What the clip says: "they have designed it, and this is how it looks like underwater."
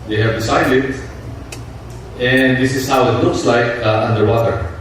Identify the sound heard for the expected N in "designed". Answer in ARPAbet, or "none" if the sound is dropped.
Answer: none